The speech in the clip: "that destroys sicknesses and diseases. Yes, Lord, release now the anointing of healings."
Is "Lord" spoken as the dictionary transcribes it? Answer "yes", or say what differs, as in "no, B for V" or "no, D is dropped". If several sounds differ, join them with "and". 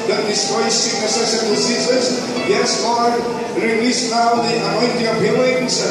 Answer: no, W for L